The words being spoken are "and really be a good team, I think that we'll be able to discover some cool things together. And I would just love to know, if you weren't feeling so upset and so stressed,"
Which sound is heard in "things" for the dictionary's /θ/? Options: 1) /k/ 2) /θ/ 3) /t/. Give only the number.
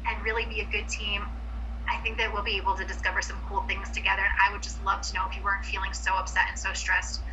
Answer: 2